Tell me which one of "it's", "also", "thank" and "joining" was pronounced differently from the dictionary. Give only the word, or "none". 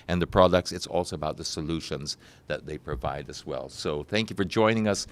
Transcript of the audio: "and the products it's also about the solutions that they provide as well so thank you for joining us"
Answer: none